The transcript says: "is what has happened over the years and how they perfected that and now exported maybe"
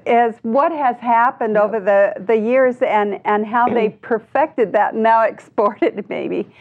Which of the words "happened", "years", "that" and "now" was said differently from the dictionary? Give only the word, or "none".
none